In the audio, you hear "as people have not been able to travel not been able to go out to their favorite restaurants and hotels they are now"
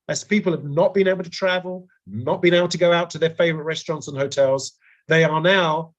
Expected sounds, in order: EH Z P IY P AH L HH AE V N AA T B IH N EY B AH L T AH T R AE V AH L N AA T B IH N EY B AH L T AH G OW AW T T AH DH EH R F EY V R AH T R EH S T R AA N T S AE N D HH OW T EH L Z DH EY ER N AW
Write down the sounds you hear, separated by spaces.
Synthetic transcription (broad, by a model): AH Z P IY P AH L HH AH V N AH T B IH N EY B L T AH T R AE V AH L N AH T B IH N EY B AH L T AH G OW AW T T AH DH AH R F EY V R AH T R EH S T R AA N T S N HH OW T EH L Z DH EY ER N AW